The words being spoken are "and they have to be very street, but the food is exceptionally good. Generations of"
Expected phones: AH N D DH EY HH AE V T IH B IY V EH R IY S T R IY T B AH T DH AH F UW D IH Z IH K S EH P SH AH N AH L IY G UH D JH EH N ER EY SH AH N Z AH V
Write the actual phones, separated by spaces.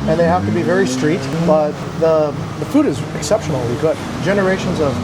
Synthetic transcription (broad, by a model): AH N DH EY HH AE F T IH B IY V EH R IY S T R IY T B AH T DH AH F UW D IH Z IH K S EH P SH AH N L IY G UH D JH EH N ER EY SH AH N Z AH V